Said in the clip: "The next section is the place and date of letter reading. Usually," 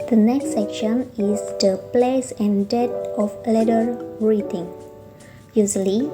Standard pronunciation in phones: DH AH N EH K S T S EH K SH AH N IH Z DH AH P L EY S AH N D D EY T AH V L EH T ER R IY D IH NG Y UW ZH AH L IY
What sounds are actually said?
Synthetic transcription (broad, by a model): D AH N EH K S T S EH K SH AH N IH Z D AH P L EY S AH N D D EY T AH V L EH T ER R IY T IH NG Y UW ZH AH L IY